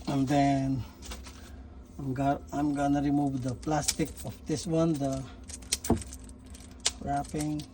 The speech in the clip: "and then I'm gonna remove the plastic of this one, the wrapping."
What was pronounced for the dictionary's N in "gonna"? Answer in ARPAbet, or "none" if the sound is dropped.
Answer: N